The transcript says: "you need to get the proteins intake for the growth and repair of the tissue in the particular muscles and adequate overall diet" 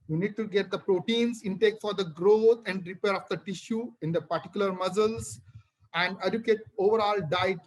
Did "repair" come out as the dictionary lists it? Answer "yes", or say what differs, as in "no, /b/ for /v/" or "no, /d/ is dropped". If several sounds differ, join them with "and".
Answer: yes